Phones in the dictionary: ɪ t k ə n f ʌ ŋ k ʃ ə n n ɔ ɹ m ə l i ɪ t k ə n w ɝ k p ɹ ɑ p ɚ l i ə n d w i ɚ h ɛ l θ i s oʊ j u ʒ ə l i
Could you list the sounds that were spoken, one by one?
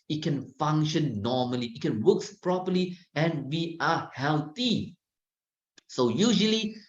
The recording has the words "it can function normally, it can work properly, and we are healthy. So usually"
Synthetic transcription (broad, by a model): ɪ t k ə n f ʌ ŋ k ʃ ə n n ɔ m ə l i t k ə n w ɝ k p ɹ ɑ p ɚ l i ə n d w i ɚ h ɛ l t i s oʊ j u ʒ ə l i